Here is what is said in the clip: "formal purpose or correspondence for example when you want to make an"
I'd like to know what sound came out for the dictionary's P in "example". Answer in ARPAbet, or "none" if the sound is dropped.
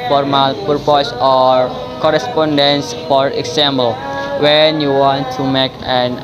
B